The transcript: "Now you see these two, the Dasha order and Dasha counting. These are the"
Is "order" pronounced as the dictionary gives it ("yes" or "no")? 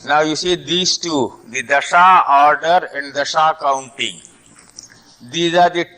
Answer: yes